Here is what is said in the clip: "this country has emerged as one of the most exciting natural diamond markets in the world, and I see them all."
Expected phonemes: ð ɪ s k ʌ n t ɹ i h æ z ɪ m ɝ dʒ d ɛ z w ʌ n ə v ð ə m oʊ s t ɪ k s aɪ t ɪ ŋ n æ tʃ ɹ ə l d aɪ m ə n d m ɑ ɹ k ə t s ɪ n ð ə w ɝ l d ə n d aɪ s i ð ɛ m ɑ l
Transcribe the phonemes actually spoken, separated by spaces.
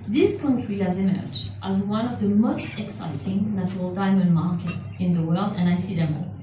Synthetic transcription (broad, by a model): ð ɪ s k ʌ n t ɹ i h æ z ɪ m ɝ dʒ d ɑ z w ʌ n ə v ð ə m oʊ s t ɪ k s aɪ t ɪ ŋ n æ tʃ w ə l d aɪ m ə n d m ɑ ɹ k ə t ɪ n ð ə w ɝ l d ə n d aɪ s i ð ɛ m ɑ